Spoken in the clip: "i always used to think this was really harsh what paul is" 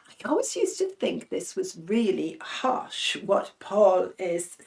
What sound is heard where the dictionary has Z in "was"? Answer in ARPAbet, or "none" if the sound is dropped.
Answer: Z